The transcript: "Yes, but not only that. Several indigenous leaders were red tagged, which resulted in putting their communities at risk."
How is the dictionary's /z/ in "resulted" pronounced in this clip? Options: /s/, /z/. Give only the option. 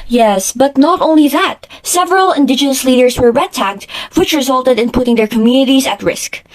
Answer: /z/